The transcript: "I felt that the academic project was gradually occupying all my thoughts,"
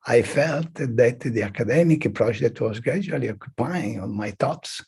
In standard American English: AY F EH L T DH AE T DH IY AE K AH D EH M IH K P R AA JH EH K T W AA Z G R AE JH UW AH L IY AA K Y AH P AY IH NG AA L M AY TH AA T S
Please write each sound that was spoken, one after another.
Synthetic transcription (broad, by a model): AY F EH L T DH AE T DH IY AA K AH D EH M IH K P R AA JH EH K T W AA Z G R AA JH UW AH L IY AA K Y AH P AY IH NG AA N M AY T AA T S